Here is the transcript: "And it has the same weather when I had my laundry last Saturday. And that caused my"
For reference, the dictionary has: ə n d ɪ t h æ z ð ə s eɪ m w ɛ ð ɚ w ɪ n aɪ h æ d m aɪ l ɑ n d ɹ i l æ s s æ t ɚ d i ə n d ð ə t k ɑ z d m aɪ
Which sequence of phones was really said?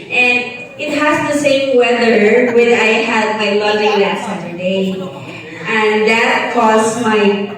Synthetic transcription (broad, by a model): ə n ɪ t h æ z ð ə s eɪ m w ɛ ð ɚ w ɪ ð aɪ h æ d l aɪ l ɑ d i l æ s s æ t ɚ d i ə n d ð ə t k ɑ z m aɪ